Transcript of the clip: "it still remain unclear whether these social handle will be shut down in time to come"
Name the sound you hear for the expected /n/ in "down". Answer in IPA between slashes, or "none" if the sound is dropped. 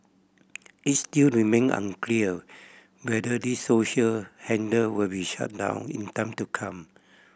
/n/